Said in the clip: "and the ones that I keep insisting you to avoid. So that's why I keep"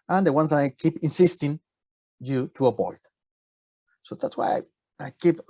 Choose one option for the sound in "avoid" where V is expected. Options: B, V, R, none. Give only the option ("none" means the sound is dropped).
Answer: B